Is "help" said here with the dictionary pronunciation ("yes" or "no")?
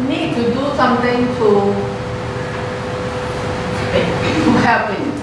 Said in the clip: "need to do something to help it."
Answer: no